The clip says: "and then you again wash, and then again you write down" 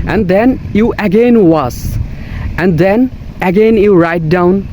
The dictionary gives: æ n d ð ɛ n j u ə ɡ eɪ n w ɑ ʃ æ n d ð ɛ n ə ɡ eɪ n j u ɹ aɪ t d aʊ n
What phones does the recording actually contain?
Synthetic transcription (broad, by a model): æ n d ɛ n j u ə ɡ eɪ n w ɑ s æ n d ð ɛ n ə ɡ eɪ n j u ɹ aɪ t d aʊ n